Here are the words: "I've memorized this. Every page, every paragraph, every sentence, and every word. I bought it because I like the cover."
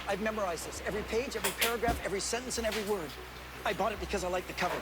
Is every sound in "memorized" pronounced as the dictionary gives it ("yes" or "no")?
yes